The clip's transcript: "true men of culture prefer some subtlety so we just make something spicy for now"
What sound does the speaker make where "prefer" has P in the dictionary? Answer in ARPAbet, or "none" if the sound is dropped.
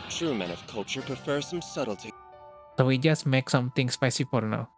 P